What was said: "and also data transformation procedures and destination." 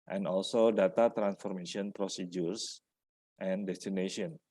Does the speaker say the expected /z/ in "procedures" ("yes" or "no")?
no